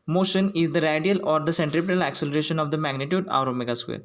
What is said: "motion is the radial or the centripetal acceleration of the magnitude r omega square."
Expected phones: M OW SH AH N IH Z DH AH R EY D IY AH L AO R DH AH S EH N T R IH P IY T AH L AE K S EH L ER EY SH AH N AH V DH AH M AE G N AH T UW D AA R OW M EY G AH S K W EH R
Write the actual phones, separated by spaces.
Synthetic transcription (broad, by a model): M OW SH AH N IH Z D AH R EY D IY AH L AO R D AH S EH N T R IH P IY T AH L AE K S EH L ER EY SH AH N AH V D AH M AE G N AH T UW D AA R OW M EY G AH S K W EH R